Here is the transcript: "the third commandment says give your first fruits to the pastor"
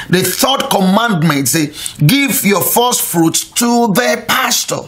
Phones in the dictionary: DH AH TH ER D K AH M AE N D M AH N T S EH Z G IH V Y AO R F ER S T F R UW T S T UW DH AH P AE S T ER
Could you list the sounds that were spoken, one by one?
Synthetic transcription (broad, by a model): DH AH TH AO D K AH M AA N D M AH N T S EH G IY V Y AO F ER S T F R UW T T UW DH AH P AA S T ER